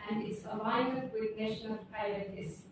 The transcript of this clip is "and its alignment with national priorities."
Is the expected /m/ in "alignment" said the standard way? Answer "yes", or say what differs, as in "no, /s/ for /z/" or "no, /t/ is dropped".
no, /m/ is dropped